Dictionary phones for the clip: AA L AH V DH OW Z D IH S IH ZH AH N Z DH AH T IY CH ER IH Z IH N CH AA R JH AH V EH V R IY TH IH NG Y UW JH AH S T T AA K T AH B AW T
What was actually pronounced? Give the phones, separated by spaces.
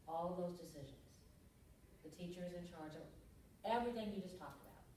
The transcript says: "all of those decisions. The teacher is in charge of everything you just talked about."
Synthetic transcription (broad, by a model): AA L AH V DH OW Z D IH S IH ZH AH N Z DH AH T IY CH ER IH Z IH N CH AA R JH AH V EH V R IY TH IH NG Y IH JH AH S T T AA K T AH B AW T